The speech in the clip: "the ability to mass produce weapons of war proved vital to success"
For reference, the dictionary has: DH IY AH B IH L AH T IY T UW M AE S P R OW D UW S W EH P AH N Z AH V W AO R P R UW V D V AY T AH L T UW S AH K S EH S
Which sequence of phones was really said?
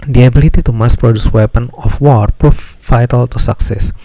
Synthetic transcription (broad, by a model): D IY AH B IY L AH T IY T UW M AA S P R OW D UW S W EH P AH N AH F W AO R P R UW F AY T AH L T UW S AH K S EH S